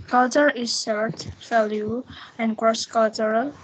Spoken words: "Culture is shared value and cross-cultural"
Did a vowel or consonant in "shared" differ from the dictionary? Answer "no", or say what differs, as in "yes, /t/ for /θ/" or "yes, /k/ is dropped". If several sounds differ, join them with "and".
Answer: yes, /s/ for /ʃ/